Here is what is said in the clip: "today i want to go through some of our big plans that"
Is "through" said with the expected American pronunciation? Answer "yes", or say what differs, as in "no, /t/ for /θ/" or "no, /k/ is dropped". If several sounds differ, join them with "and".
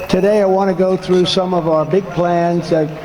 yes